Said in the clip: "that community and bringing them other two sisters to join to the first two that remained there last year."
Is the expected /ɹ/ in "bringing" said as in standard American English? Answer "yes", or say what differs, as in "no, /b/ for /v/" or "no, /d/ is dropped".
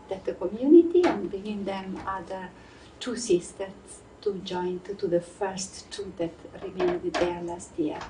no, /ɹ/ is dropped